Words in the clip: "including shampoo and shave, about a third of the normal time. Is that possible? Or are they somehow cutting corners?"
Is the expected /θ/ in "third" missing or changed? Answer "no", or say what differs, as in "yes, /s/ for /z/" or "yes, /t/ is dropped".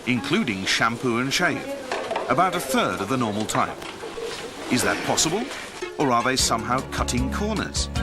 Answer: no